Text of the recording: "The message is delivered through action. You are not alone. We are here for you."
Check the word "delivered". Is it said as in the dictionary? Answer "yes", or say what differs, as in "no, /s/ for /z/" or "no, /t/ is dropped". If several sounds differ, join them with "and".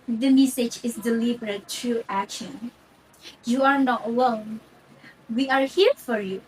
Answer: no, /b/ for /v/